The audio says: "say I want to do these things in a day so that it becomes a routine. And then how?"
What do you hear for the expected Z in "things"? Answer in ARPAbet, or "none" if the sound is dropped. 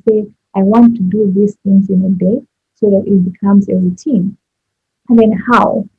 Z